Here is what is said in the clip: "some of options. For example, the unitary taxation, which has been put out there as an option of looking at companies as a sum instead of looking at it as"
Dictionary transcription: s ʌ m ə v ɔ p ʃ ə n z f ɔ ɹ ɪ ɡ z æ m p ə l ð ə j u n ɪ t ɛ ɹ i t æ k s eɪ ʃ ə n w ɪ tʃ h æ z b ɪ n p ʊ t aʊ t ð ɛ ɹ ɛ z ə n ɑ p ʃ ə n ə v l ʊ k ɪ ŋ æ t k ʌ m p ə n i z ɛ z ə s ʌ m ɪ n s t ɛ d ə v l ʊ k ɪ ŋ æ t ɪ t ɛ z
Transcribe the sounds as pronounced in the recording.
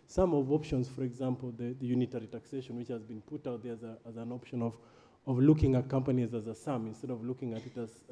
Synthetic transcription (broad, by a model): s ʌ m ə v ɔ p ʃ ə n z f ɔ ɹ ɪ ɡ z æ m p l ð ə j u n ɪ t ɛ ɹ i t æ k s eɪ ʃ ə n w ɪ tʃ h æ z b ɪ n p ʊ t aʊ t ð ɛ ɹ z z ə n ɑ p ʃ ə n ə v l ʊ k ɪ ŋ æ t k ʌ m p ə n i z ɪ z ə s ʌ m ɪ n s t ɛ d ə v l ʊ k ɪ ŋ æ t ɪ t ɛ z